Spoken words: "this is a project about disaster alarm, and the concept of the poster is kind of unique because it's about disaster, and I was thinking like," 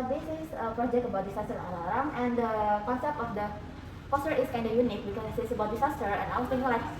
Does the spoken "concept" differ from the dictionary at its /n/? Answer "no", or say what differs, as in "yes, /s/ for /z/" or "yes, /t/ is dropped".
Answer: yes, /n/ is dropped